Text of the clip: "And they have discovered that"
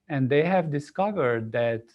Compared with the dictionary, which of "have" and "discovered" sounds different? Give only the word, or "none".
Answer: none